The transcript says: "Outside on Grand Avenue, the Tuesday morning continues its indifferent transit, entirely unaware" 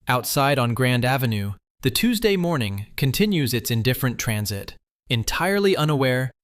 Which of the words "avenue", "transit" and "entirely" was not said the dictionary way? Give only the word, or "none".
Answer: none